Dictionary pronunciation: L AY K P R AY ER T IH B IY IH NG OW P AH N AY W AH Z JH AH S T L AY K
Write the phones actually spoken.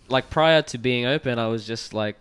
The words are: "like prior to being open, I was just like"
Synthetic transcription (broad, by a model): L AY K P R AY ER T IH B IY IH NG OW P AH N AY W AH Z JH AH S T L AY K